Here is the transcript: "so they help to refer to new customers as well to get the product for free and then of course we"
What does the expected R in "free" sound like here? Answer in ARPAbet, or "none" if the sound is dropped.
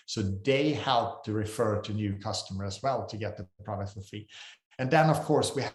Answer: none